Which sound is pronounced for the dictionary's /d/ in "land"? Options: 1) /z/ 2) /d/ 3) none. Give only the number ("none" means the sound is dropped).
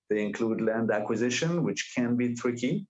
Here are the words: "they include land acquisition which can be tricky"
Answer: 2